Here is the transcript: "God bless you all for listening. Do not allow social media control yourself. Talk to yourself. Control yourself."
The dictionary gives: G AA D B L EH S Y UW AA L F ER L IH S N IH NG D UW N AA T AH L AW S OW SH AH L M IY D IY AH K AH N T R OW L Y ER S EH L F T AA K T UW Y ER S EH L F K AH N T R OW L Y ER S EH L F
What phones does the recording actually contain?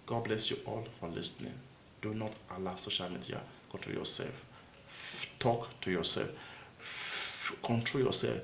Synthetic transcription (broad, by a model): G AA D B L EH S Y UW AA L F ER L IH S N IH NG D UW N AA T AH L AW S OW SH AH L M IY D IY AH K AH N T R OW L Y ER S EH L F T AA K T UW Y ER S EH L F K AH N T R OW L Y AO S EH L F